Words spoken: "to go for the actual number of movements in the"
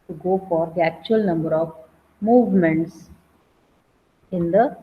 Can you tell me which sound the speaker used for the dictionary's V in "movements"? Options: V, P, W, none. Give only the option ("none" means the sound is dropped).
V